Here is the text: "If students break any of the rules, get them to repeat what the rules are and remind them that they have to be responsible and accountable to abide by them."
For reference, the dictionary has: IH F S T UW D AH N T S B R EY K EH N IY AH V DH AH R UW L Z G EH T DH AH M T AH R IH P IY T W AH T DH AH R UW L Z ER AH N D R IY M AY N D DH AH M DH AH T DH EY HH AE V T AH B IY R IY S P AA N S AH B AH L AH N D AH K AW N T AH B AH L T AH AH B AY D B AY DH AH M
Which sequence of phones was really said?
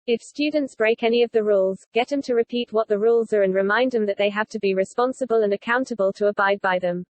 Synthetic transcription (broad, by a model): IH F S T UW D N T S B R EY K EH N IY AH V DH AH R UW L Z G EH T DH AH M T AH R IH P IY T W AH T DH AH R UW L Z ER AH N R IY M AY N D DH AH M DH AH T DH EY HH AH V T AH B IY R IY S P AA N S AH B AH L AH N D AH K AW N T AH B AH L T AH AH B AY D B AY DH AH M